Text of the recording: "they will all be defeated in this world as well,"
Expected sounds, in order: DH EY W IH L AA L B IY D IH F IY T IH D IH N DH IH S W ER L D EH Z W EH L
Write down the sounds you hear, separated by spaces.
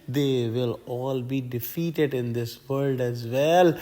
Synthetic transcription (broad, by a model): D EY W IH L AA L B IY D IH F IY T IH D IH N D IH S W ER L D EH Z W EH L